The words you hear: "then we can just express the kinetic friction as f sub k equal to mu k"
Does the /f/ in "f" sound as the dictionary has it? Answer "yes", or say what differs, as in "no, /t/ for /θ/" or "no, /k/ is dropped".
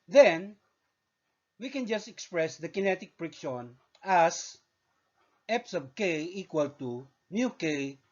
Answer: no, /p/ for /f/